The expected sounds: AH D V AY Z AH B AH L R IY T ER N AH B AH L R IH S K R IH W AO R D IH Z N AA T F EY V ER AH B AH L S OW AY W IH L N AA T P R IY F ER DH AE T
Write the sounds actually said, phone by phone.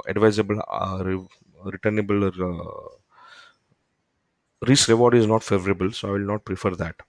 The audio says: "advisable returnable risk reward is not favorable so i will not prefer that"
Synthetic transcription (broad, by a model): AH D V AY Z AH B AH L R IY T ER N AH B AH L R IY S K R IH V AO R D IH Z N AA T F EY V ER AH B AH L S OW AY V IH L N AA T P R IY F ER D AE T